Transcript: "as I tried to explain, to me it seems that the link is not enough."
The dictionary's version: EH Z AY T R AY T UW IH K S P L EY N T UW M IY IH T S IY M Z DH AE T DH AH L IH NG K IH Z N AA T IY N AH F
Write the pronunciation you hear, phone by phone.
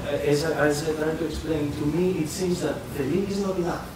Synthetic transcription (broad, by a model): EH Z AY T L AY T UW IH K S P L EY N T UW M IY IH T S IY M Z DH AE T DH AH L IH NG IH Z N AA T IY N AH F